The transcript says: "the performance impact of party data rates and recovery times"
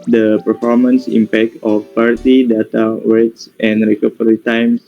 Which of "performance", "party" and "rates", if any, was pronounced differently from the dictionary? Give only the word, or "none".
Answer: rates